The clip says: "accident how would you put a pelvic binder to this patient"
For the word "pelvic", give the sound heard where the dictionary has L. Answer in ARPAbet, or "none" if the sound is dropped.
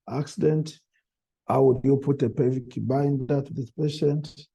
none